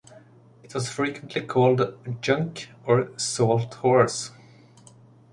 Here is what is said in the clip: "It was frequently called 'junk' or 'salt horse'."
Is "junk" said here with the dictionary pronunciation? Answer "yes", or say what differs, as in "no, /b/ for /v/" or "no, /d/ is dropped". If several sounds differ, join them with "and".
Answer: yes